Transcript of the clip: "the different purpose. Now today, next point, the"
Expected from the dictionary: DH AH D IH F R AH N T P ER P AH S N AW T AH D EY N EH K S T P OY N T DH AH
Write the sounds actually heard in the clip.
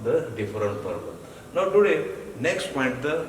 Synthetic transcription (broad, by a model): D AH D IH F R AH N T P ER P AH N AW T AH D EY N EH K S T P OY N T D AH